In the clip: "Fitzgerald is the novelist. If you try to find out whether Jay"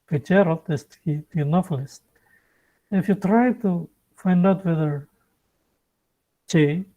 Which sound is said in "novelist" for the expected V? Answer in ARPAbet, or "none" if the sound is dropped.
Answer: P